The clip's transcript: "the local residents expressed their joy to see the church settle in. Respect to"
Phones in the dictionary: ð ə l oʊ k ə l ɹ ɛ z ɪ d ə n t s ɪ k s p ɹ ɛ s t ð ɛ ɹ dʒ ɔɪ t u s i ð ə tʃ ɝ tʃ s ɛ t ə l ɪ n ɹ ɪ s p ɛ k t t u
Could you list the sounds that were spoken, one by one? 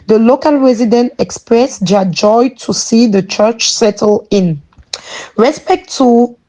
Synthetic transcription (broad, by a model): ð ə l oʊ k ə l ɹ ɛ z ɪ d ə n t ɪ k s p ɹ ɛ s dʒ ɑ dʒ ɔɪ t u s i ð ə tʃ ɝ tʃ s ɛ t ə l ɪ n ɹ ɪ s p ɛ k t t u